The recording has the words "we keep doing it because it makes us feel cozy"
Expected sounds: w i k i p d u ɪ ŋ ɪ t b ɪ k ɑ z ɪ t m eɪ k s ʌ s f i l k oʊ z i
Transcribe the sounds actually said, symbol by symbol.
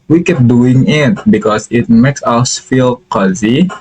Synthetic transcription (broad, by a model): w i k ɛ p d u ɪ ŋ ɪ t b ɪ k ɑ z ɪ t m eɪ k s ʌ s f i l k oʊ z i